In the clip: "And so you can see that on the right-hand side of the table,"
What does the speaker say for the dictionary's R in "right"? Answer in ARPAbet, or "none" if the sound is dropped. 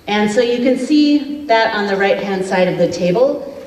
R